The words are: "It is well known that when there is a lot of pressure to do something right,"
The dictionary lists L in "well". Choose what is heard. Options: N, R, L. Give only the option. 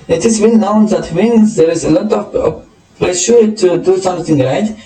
N